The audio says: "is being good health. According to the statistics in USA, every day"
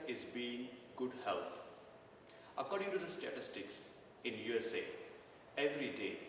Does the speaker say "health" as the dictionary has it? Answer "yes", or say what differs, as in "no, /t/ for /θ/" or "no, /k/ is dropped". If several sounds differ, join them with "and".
no, /t/ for /θ/